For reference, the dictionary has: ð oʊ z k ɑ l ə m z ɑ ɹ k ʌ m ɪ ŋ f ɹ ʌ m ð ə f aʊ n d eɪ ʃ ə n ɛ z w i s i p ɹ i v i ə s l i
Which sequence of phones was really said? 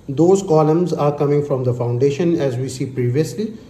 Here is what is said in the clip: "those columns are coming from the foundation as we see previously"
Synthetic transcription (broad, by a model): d oʊ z k ɑ l ə m z ɑ ɹ k ʌ m ɪ ŋ f ɹ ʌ m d ə f aʊ n d eɪ ʃ ə n ɛ z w i s i p ɹ i v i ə s l i